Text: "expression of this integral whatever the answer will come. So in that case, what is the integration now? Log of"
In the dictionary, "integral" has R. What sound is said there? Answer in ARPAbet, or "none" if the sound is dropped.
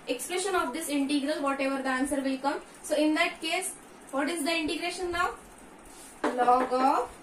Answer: R